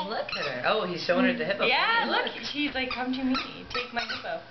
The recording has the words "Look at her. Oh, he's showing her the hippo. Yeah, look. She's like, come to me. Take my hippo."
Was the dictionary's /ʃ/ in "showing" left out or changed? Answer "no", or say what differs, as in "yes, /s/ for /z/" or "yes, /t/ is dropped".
yes, /s/ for /ʃ/